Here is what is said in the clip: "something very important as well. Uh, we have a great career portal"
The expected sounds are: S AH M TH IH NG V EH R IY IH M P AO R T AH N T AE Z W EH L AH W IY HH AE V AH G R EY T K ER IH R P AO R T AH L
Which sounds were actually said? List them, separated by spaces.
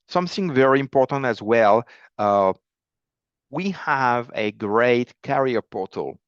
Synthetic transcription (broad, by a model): S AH M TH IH NG V EH R IY IH M P AO R T AH N T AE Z W EH L AH W IY HH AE V AH G R EY T K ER R P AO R T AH L